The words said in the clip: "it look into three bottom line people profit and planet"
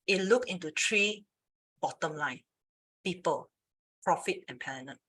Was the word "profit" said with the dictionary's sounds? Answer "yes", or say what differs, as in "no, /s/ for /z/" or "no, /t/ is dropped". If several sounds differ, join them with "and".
yes